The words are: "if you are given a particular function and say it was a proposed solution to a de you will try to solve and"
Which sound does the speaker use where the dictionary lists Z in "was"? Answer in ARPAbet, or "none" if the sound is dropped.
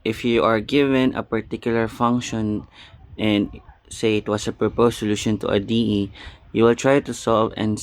S